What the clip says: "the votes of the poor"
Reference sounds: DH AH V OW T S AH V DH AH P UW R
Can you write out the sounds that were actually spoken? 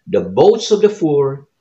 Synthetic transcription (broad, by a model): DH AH B OW T S AH V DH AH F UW R